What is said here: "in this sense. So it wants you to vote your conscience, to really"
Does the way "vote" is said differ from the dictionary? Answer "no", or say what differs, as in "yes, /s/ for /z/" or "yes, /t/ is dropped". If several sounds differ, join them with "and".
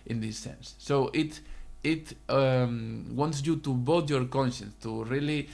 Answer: yes, /b/ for /v/